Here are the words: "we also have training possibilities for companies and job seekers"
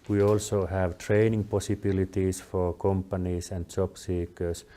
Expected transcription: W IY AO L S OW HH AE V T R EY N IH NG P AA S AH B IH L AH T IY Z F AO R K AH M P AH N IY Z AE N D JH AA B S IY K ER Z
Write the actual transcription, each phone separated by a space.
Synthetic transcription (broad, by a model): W IY AO L S OW HH AE V T R EY N IH NG P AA S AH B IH L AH T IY S F AO R K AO M P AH N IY S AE N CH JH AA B S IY K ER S